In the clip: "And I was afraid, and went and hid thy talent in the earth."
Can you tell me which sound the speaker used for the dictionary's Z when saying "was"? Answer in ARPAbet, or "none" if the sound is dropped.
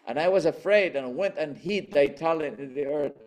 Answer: Z